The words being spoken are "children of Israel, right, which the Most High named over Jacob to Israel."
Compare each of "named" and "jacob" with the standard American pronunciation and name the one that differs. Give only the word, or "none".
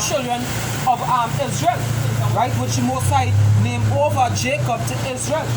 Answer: named